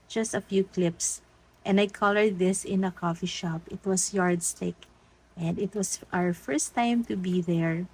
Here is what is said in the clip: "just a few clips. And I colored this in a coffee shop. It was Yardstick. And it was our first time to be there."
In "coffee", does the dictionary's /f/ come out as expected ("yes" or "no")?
yes